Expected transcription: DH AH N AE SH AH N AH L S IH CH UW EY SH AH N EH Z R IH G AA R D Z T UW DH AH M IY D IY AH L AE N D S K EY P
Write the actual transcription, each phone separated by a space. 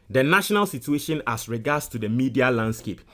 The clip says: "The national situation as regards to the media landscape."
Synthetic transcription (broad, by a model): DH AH N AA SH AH N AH L S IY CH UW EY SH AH N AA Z R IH G AA D S T UW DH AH M IY D IY AH L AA N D S K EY P